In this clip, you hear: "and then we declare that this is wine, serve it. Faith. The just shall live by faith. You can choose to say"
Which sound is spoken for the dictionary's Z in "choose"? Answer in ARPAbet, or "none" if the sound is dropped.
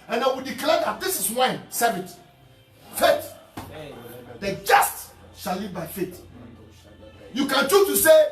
none